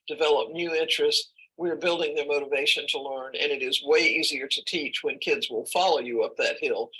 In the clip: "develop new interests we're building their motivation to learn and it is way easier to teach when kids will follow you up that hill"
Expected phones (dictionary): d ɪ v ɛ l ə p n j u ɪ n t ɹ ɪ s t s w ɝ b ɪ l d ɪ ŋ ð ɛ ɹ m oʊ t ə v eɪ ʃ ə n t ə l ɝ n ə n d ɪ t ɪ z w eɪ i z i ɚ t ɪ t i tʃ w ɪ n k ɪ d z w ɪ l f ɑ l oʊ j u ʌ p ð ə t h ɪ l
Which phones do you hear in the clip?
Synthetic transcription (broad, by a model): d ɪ v ɛ l ə p n j u ɪ n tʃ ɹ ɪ s t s w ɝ b ɪ l d ɪ ŋ ð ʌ ɹ m oʊ t ə v eɪ ʃ ə n t ə l ɝ n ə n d ɪ t ɪ z w eɪ i z i ɚ t ɪ t i tʃ w ɪ n k ɪ d z w ɪ l f ɑ l oʊ j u ʌ p ð ə t h ɪ l